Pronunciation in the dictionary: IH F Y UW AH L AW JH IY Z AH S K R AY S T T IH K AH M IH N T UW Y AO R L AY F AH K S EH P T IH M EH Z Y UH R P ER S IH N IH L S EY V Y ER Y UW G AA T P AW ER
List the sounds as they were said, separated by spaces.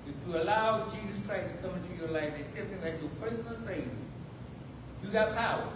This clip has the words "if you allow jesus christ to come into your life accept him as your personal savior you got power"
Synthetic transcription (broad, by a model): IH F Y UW AH L AW JH IY Z AH S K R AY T T IH K AH M IH N T UW Y AO R L AY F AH S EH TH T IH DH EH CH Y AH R P ER S IH N IH L S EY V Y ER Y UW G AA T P AW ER